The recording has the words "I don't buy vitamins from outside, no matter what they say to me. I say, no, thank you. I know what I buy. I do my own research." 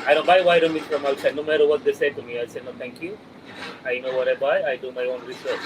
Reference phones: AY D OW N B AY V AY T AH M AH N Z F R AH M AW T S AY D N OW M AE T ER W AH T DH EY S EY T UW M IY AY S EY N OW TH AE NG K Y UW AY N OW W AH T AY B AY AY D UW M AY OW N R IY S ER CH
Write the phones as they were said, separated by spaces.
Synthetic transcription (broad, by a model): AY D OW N B AY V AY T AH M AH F R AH M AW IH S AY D N OW M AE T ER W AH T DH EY S EY T UW M IY AY S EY N OW T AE NG K Y UW AY N OW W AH T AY B AY AY D UW M AY OW N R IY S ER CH